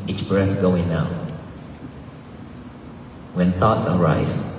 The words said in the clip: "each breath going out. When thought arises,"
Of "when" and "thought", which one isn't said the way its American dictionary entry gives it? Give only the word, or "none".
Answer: thought